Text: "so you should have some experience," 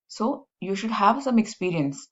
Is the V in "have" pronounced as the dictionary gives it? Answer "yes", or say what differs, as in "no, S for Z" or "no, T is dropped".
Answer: yes